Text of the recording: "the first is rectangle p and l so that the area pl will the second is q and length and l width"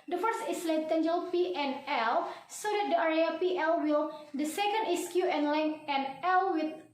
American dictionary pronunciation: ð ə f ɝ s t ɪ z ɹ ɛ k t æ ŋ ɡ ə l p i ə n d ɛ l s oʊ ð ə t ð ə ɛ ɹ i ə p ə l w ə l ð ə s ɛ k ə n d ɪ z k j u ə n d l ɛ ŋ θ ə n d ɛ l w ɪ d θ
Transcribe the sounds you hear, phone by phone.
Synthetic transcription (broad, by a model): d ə f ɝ s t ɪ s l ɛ t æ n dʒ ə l p i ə n ɛ l s oʊ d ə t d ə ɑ ɹ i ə p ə l w ə l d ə s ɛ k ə n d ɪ s k j u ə n l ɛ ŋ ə n ɛ l w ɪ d